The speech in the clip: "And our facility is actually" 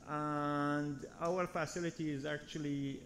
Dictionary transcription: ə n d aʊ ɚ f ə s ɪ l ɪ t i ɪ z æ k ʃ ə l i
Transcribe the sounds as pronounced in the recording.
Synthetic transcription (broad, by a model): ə n d aʊ ɚ f ə s ɪ l ɪ t i ɪ z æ k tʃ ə l i